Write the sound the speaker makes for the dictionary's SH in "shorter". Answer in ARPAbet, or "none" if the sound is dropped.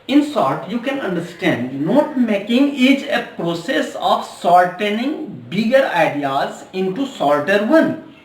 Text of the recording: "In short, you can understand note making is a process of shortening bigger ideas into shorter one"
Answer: S